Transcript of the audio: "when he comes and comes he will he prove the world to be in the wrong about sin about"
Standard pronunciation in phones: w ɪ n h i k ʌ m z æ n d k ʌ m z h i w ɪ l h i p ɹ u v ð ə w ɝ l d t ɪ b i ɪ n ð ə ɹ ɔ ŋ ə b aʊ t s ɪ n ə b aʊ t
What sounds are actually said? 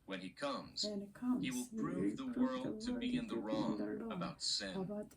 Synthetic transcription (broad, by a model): w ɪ n i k k ʌ m z h i w ɪ l p ɹ u v ð ə w ɝ l d t ɪ b i ɪ n ð ə ɹ ɔ ŋ ə b aʊ t s ɪ n